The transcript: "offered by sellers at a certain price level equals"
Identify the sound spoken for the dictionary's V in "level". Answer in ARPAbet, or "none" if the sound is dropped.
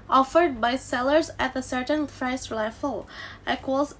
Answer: F